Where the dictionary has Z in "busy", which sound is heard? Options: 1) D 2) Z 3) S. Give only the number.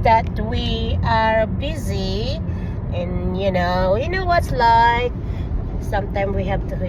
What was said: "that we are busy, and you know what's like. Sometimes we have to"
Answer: 2